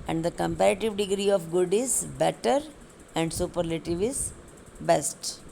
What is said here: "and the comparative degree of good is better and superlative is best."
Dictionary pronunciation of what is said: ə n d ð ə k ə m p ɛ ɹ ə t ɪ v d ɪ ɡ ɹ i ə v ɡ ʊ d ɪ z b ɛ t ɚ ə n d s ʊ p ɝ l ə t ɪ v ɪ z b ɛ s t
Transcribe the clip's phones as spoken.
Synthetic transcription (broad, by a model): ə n d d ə k ə m p ɛ ɹ ə t ɪ v d ɪ ɡ ɹ i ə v ɡ ʊ d ɪ z b ɛ t ɚ ə n d s ʊ p ɝ l ə t ɪ v ɪ z b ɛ s t